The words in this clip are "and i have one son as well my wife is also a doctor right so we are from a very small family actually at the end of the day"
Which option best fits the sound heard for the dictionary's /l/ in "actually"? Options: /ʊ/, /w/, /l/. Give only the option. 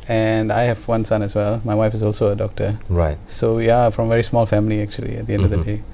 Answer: /l/